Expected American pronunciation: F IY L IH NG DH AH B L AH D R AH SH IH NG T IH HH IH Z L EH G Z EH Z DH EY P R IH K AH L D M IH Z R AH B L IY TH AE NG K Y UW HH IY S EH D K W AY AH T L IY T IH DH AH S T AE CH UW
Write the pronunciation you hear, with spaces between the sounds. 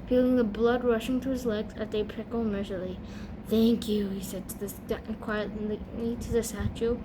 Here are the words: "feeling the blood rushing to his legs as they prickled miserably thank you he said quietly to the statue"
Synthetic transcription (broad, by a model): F IY L IH NG DH AH B L AH D R AH SH IH NG T IH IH Z L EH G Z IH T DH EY P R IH K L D M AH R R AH L IY TH AE NG K Y UW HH IY S EH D K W AY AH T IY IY T IH DH AH S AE CH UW